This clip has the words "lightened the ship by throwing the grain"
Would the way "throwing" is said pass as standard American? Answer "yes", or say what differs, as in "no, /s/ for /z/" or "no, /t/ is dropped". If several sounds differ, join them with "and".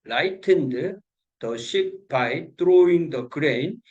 no, /t/ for /θ/